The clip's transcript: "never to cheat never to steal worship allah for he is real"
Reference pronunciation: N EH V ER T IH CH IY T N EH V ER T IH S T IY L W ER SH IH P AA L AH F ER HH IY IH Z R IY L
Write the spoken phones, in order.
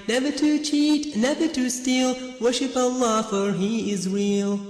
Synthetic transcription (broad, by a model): N EH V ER T IH CH IY T N EH V ER T IH S T IY L W ER SH IH P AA L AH F ER HH IY IH Z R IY L